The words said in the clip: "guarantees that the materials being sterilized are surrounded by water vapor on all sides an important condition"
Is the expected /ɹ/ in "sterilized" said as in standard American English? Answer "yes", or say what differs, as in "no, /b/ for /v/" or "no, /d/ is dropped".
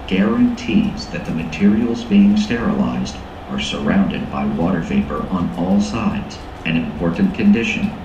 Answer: yes